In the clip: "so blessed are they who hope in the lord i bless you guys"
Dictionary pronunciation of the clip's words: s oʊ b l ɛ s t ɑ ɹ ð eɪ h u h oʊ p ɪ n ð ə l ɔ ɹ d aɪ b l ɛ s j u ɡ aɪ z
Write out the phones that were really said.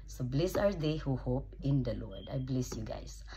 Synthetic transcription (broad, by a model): s oʊ b l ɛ s ɑ ɹ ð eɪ h u h oʊ p ɪ n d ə l ɔ ɹ d aɪ b l ɛ s j u ɡ aɪ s